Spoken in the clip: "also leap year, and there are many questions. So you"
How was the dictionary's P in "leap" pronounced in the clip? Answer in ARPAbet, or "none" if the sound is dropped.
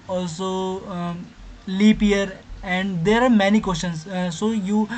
P